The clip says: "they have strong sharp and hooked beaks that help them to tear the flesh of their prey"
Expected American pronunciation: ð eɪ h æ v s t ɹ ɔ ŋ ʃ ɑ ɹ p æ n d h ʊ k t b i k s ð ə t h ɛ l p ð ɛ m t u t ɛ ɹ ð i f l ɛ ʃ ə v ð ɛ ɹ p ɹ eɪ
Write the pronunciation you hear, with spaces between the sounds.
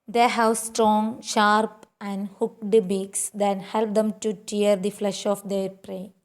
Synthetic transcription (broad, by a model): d eɪ h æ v s t ɹ ɔ ŋ ʃ ɑ ɹ p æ n d h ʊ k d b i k s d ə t h ɛ l p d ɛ m t u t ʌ ɹ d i f l ɛ ʃ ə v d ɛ ɹ p ɹ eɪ